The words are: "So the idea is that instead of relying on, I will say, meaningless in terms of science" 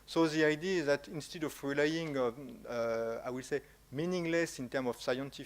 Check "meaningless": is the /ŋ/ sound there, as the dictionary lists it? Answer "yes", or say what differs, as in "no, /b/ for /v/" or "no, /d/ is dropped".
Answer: yes